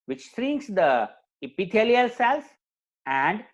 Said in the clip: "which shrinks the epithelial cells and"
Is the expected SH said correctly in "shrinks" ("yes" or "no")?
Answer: no